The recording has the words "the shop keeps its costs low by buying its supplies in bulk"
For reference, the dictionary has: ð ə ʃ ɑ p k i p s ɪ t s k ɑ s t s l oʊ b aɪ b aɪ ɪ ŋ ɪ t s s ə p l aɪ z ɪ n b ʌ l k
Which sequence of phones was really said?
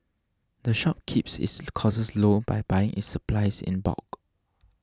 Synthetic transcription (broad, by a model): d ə ʃ ɑ p k i p s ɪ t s k ɑ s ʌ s l oʊ b aɪ b aɪ ɪ ŋ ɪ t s s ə p l aɪ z ɪ n b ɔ k